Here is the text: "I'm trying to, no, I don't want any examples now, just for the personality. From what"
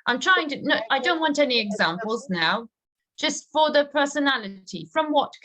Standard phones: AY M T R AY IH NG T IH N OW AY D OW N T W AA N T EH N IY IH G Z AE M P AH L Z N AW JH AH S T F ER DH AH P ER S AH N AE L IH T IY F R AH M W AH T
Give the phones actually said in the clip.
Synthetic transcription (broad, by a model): AY M T R AY IH NG T IH N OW AY D OW N T W AA N T EH N IY IH G Z AE M P AH L Z N AW JH AH S T F ER DH AH P ER S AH N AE L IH T IY F R AH M W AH T